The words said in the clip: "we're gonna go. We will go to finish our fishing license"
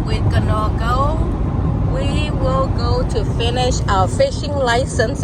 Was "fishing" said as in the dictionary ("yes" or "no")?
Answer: yes